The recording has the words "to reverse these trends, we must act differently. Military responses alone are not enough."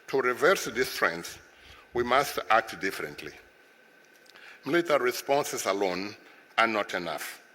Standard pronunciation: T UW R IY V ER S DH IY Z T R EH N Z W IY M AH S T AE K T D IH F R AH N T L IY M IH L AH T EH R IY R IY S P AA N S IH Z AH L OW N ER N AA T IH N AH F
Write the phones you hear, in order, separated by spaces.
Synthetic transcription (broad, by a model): T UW R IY V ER S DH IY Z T R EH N S W IY M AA S T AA K T D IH F R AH N T L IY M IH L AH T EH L R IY S P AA N S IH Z AH L OW N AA N AA T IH N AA F